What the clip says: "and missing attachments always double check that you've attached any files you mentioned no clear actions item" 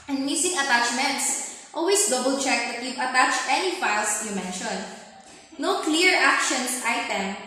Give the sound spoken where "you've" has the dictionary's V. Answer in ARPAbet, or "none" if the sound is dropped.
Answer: P